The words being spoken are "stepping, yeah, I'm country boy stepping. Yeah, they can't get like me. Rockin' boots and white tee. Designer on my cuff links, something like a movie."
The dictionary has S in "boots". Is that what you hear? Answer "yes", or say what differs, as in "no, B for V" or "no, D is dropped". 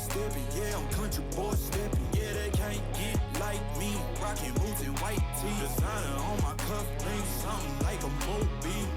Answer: no, S is dropped